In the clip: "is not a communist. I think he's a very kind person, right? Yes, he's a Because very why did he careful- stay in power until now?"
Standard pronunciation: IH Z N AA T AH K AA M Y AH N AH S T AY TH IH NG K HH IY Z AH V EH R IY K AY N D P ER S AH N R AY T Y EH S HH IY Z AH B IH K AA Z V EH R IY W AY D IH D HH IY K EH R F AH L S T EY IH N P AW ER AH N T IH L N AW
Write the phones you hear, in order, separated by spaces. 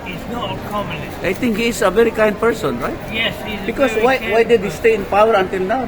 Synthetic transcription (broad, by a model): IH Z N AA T AH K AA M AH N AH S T AY T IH NG K HH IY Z AH V EH R IY K AY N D P ER S AH N R AY T Y EH S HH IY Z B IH K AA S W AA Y W AY D IH D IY S T EY IH N P AW ER AH N T IH L N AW